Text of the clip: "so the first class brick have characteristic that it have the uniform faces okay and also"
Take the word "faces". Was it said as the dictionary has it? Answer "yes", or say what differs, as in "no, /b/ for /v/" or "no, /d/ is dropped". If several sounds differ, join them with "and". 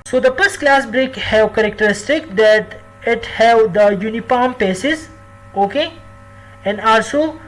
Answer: no, /p/ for /f/